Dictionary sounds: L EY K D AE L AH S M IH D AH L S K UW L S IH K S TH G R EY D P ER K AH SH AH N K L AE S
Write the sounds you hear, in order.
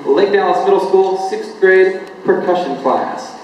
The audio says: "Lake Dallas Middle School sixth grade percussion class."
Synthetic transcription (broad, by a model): L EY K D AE N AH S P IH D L S K UW L S IH K S G R EY D P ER K AH SH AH N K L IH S